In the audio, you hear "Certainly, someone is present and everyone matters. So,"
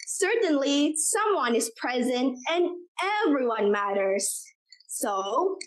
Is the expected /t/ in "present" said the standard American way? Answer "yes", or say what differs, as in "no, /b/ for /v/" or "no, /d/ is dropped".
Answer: yes